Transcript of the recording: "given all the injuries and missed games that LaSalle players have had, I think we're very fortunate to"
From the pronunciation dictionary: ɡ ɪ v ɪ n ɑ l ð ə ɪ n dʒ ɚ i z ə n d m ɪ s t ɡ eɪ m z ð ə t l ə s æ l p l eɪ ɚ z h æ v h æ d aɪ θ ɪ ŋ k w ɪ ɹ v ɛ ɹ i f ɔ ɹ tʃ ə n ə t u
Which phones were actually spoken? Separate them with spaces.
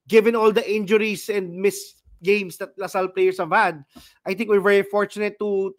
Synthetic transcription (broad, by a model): ɡ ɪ v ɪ n ɑ l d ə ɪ n dʒ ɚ i s ə n d m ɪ s ɡ eɪ m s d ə t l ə s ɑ l p l eɪ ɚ s h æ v h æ d aɪ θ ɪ ŋ k w ɪ ɹ v ɛ ɹ i f ɔ ɹ tʃ ə n ə t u